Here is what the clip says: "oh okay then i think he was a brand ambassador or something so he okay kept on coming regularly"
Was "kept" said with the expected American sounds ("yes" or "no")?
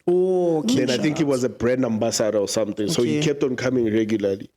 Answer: yes